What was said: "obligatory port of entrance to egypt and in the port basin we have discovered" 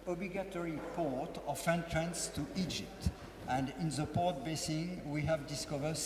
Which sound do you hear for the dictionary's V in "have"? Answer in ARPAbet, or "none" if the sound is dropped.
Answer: V